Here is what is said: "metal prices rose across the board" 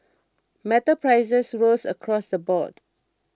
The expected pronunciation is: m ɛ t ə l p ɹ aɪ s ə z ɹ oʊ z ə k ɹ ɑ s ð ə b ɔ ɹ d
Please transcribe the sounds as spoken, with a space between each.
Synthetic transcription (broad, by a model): m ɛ t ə p ɹ aɪ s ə s ɹ oʊ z ə k ɹ ɑ s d ə b ɔ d